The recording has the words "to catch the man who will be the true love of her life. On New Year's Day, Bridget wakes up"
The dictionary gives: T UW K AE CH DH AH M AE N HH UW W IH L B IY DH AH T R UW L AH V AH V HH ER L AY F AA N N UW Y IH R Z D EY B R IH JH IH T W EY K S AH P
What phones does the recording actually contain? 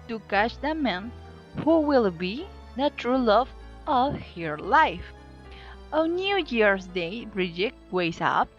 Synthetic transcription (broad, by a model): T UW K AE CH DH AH M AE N HH UW W IH L B IY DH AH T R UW L AH V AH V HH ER L AY F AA N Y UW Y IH R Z D EY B R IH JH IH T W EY S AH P